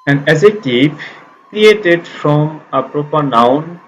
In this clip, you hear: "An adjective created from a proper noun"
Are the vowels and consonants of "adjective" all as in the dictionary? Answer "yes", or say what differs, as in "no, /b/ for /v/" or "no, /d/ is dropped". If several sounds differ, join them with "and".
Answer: no, /z/ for /dʒ/